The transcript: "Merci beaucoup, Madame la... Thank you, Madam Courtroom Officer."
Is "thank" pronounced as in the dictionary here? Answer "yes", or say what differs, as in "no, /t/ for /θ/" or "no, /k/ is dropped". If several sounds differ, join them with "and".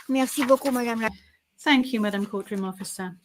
yes